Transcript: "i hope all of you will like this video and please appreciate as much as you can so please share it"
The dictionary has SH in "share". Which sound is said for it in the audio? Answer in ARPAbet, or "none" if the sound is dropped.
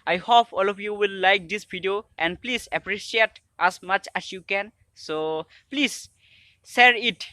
S